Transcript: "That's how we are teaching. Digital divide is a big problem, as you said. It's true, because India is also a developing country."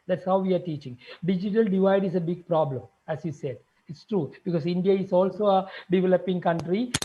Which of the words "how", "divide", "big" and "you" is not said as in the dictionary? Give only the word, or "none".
none